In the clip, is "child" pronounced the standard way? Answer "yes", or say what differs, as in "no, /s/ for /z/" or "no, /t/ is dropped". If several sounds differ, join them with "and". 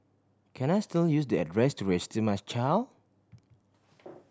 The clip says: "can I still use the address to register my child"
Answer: no, /d/ is dropped